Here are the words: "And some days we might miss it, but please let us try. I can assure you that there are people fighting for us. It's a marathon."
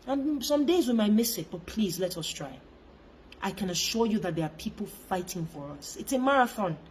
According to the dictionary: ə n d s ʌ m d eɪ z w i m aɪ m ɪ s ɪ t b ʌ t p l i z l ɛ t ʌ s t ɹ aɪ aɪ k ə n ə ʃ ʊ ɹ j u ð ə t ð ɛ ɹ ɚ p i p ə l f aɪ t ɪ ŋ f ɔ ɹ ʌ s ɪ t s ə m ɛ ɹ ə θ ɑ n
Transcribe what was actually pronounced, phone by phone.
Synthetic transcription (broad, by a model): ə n s ʌ m d eɪ z w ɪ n aɪ m ɪ s ɪ t b ʌ t p l i z l ɛ t ʌ s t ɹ aɪ aɪ k ə n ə ʃ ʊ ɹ j u ð ə t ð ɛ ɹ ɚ p i p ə l f aɪ t ɪ ŋ f ɔ ɹ ʌ s ɪ t s ə m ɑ ɹ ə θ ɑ n